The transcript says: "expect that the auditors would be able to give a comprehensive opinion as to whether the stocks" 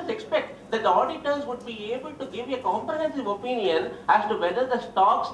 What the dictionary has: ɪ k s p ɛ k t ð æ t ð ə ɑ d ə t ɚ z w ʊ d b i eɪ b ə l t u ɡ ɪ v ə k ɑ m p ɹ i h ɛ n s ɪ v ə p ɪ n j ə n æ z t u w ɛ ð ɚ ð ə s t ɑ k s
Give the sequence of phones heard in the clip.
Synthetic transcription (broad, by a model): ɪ k s p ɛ k t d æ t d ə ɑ d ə t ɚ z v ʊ d b i eɪ b ə l t u ɡ ɪ v ə k ɑ m p ɹ i h ɛ n s ɪ v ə p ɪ n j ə n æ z t u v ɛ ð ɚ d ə s t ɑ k s